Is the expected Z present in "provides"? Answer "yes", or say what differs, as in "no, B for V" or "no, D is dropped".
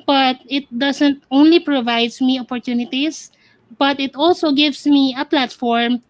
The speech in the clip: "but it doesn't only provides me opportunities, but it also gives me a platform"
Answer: no, S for Z